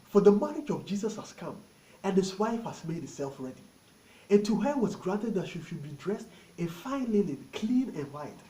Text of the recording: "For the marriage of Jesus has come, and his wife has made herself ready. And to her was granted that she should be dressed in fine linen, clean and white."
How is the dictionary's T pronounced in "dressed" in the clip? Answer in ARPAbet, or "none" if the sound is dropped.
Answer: T